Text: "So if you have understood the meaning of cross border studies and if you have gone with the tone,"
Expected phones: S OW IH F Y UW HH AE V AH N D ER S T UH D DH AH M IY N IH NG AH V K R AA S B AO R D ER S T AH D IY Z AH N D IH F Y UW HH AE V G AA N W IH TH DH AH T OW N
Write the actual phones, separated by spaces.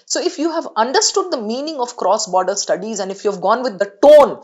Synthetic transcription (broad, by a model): S OW IH F Y UW HH AE V AH N D ER S T UH D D AH M IY N IH NG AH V K R AA S B AO D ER S T AH D IY Z AH N D IH F Y UW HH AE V G AA N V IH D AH T OW N